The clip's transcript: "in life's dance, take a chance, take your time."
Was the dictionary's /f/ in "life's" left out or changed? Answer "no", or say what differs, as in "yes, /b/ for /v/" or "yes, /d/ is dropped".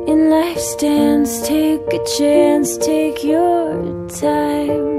no